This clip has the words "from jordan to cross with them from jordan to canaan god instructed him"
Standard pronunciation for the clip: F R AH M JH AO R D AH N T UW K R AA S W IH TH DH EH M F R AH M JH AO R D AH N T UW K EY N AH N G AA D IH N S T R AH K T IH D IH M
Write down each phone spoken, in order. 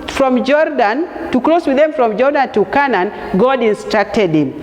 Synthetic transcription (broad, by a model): F R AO M JH AO R D AH N T UW K L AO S W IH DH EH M F R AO M JH AO R D AH N T UW K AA N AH N G AA D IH N S T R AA K T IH D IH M